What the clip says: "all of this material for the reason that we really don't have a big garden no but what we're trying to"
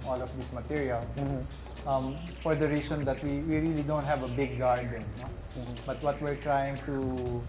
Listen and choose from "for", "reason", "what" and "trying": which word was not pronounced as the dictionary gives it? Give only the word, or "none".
reason